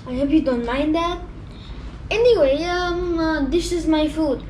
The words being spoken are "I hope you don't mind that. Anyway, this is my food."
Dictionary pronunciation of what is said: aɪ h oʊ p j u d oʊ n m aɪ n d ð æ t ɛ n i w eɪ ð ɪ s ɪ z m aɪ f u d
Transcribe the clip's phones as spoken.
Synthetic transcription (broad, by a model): aɪ h oʊ p j u d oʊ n m aɪ n d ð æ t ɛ n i w eɪ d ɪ ʃ ɪ z m aɪ f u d